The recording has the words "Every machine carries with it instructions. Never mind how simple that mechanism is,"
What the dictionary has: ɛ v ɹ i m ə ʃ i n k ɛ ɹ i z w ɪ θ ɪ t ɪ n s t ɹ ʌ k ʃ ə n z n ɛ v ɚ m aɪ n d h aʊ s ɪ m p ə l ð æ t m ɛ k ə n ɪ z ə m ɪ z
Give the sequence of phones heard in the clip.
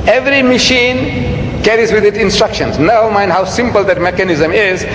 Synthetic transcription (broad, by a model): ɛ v ɹ i m ə ʃ i n k ɛ ɹ i z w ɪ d ɪ t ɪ n s t ɹ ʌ k ʃ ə n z n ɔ ʊ m aɪ n d h aʊ s ɪ m p ə l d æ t m ɛ k ə n ɪ z ə m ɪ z